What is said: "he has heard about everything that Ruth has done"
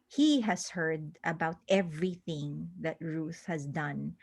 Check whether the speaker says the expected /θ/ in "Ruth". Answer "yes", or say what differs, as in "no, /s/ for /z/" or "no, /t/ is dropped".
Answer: yes